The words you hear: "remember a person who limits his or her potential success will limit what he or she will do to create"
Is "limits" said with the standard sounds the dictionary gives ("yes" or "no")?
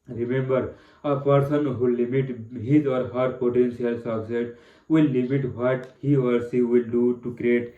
no